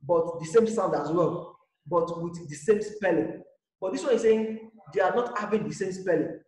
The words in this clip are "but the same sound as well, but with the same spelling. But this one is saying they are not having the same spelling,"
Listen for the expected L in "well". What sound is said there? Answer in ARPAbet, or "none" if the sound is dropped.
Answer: N